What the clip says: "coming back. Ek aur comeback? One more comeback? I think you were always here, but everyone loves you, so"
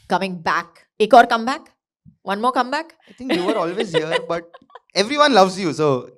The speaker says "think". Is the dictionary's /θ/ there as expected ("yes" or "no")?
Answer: no